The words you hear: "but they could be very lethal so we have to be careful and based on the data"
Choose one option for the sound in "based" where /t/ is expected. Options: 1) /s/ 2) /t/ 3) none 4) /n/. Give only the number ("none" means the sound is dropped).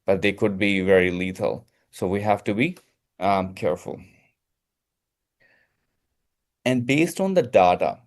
2